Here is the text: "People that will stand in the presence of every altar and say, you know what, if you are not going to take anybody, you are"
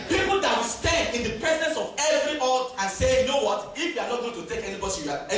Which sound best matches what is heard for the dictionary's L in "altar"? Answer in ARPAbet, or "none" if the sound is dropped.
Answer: none